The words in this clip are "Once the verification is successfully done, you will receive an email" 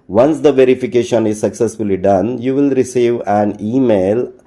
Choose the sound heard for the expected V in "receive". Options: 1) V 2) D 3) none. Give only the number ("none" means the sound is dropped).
1